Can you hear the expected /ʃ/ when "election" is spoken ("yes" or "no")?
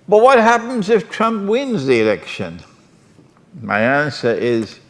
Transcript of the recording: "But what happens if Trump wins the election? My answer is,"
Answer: yes